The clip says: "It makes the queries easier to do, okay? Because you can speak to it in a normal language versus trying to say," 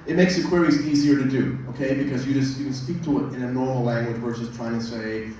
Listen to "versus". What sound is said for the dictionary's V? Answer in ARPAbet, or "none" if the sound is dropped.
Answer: W